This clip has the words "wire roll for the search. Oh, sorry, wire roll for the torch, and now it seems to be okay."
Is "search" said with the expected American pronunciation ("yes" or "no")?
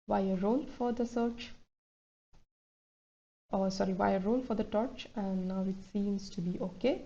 yes